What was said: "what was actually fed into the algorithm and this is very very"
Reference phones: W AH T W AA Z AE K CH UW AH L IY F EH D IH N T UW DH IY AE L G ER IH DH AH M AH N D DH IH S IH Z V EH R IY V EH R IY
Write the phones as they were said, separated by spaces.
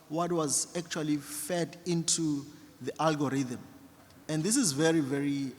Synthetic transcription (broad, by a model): W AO T W AA Z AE K CH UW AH L IY F EH D IH N T UW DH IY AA L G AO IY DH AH M AH N D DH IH S IH Z V EH R IY V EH R IY